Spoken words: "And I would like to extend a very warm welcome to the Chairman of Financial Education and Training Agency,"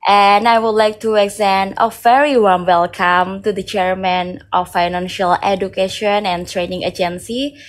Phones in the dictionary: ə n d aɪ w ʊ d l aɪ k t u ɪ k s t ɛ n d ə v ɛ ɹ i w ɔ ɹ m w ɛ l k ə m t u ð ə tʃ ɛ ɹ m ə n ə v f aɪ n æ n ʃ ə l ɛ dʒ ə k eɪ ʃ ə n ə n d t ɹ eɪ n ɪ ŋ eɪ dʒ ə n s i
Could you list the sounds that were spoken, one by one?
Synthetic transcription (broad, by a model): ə n aɪ w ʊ d l aɪ k t u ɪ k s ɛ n ə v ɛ ɹ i w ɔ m w ɛ l k ə m t u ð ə tʃ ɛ ɹ m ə n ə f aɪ n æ n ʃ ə l ɛ dʒ ə k eɪ ʃ ə n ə n t ɹ eɪ n ɪ ŋ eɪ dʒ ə n s i